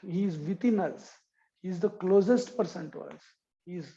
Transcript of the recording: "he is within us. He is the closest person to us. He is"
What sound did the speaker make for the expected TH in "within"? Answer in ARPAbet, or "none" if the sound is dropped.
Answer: T